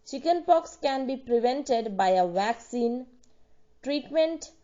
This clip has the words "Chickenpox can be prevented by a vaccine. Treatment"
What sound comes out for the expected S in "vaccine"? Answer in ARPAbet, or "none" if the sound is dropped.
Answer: S